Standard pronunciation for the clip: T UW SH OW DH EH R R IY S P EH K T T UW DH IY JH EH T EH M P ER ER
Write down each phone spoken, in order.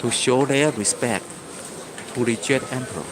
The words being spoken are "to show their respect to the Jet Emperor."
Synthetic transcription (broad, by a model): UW SH OW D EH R R IY S P EH K T T UW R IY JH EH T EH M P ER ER